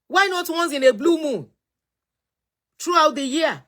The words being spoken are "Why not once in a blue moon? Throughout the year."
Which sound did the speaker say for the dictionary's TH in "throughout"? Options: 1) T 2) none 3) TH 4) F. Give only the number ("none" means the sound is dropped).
1